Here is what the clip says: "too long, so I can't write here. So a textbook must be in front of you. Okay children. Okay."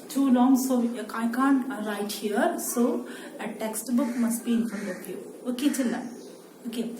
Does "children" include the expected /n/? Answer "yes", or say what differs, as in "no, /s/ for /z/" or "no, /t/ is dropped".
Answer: no, /n/ is dropped